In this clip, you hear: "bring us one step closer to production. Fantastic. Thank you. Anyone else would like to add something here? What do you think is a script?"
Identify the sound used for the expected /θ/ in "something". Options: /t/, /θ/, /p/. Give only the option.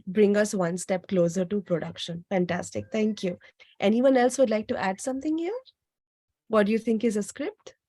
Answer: /t/